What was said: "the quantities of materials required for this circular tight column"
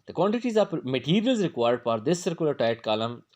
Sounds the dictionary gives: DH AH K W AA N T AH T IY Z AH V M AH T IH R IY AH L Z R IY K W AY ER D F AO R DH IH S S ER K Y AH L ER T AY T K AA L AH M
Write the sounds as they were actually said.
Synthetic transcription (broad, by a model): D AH K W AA N T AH T IY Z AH P M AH T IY R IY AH L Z R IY K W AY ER D F AO R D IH S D K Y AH L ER T AY T K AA L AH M